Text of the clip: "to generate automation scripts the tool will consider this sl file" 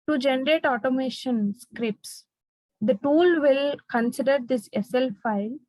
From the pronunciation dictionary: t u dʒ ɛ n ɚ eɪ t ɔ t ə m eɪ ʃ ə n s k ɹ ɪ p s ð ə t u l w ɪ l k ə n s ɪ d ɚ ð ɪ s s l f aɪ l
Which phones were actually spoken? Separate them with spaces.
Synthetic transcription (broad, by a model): t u dʒ ɛ n ɚ eɪ t ɔ t ə m eɪ ʃ ə n s k ɹ ɪ p s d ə t u l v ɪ l k ə n s ɪ d ɚ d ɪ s s l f aɪ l